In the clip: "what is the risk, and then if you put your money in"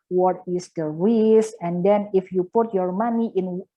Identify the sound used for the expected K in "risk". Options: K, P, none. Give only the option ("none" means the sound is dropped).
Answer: none